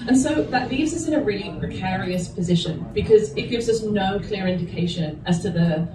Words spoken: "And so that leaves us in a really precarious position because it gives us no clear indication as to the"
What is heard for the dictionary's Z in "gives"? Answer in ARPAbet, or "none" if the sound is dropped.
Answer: Z